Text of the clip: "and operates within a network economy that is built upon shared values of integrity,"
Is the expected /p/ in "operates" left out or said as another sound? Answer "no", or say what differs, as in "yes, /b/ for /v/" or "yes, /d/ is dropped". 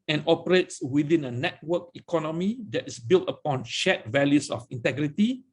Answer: no